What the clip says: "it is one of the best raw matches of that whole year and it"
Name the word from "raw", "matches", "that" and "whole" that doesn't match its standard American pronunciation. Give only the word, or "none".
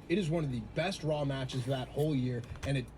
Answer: none